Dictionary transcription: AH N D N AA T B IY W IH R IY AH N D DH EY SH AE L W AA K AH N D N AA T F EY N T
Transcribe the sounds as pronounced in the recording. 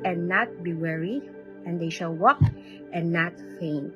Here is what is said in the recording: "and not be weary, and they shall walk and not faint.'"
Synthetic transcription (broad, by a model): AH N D N AA T B IY W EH R IY AH N D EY SH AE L W AA K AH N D N AA T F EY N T